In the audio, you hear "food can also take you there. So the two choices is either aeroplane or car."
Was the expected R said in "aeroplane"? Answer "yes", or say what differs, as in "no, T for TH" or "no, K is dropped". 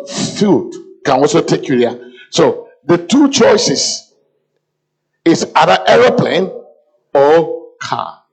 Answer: yes